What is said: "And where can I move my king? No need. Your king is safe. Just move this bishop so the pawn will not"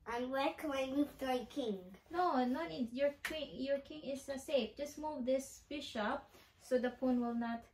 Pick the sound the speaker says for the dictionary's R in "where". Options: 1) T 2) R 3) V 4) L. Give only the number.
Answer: 4